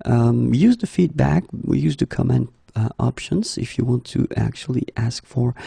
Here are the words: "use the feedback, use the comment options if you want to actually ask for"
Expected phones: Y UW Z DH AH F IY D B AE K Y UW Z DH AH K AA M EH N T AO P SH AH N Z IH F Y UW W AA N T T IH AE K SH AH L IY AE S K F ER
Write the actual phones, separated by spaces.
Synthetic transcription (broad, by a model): Y UW Z DH AH F IY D B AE K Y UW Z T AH K AA M EH N T AO P SH AH N Z IH F Y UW W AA N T T IH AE K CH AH L IY AE S K F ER